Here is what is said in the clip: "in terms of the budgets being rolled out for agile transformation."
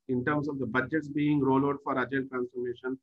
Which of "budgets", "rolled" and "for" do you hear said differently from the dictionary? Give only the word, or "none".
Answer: rolled